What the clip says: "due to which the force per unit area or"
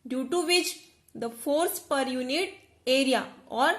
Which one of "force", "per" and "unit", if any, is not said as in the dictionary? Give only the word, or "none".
none